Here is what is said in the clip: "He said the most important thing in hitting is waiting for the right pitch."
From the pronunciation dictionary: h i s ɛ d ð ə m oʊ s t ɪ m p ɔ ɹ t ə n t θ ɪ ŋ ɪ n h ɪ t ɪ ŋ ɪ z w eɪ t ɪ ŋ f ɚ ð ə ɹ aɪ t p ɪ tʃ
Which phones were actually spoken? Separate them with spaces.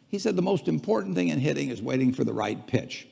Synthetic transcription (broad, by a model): h i s ɛ d ð ə m oʊ s t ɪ m p ɔ ɹ t n θ ɪ ŋ ɪ n h ɪ t ɪ ŋ ɪ z w eɪ t ɪ ŋ f ɚ ð ə ɹ aɪ t p ɪ tʃ